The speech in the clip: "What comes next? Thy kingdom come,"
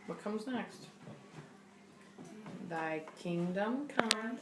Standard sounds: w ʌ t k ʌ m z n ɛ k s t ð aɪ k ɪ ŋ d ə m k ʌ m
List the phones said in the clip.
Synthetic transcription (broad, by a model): w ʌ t k ʌ m z n ɛ k s t ð aɪ k ɪ ŋ d ə m k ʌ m